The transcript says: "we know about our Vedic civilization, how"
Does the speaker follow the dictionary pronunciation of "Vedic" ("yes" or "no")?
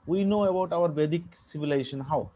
no